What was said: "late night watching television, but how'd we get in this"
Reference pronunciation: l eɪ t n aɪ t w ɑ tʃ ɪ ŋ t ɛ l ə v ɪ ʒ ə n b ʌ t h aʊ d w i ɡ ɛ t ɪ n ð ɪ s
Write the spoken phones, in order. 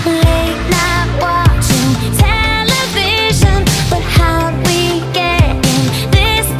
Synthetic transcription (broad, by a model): l eɪ t n aɪ t w ɑ tʃ ɪ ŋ t ɛ l ə v ɪ ʒ ə n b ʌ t h aʊ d w i ɡ ɛ t ɪ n ð ɪ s